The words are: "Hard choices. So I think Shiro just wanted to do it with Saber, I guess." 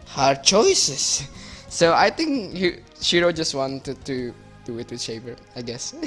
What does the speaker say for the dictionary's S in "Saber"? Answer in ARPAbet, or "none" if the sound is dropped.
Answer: SH